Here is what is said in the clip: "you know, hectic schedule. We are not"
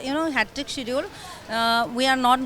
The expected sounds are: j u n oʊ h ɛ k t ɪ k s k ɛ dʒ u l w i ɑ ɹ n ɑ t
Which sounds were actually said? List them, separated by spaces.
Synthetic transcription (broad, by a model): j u n oʊ h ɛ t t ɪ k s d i u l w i ɑ ɹ n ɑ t